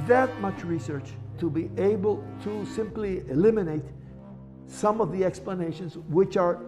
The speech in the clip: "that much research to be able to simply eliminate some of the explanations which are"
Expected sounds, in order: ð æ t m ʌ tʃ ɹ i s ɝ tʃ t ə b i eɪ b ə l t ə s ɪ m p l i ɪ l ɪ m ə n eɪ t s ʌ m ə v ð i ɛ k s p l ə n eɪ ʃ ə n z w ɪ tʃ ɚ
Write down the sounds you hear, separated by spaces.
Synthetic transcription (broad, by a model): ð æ t m ʌ tʃ ɹ i s ɝ tʃ t ə b i eɪ b ə l t ə s ɪ m p l i ɪ l ɪ m ə n eɪ t s ʌ m ə v ð i ɛ k s p l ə n eɪ ʃ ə n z w ɪ tʃ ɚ